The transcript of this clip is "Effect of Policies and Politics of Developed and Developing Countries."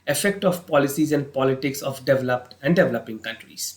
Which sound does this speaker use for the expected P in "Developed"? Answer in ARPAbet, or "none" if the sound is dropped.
P